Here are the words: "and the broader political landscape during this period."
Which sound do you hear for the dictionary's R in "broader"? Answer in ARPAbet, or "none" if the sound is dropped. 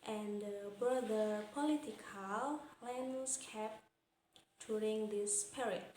none